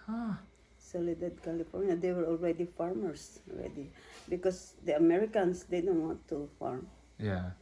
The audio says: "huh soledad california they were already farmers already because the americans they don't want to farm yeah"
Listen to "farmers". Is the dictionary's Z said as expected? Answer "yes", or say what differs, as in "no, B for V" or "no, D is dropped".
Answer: no, S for Z